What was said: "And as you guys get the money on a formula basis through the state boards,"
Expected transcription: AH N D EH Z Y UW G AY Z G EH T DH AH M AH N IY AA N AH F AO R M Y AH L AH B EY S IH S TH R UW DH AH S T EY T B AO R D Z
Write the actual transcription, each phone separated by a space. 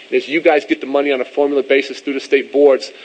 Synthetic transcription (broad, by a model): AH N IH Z Y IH G AY Z G EH T DH AH M AH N IY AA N AH F AO R M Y L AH B EY S IH S TH R UW DH AH S T EY T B AO R D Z